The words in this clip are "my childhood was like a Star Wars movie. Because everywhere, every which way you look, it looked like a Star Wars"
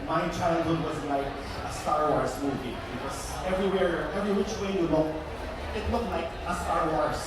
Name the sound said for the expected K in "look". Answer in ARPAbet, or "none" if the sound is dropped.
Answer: none